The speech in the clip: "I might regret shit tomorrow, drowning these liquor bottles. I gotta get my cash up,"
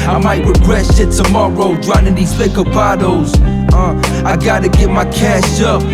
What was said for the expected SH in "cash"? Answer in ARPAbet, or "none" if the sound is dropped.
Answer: SH